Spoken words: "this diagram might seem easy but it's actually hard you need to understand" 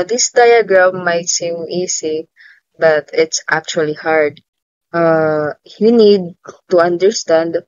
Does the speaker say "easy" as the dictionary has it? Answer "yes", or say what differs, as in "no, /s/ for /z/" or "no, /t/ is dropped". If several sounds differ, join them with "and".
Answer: no, /s/ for /z/